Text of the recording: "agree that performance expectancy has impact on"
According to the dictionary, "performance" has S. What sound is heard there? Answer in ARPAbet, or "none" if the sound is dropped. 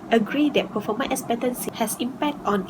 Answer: none